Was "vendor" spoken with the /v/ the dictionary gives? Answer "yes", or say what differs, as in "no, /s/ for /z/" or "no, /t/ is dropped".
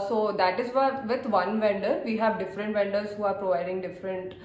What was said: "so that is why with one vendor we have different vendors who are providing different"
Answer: yes